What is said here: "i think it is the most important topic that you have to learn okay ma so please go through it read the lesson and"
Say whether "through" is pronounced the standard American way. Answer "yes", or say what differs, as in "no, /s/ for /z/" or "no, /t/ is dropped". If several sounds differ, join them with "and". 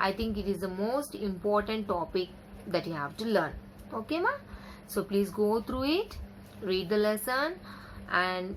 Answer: no, /t/ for /θ/